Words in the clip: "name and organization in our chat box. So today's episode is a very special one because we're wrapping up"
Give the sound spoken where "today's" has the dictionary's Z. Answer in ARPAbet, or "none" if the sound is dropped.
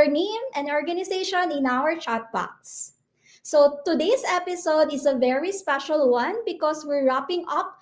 S